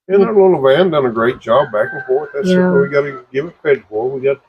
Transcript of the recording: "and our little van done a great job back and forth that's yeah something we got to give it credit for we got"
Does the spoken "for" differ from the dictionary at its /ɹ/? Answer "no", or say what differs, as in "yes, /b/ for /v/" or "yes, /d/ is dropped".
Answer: yes, /l/ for /ɹ/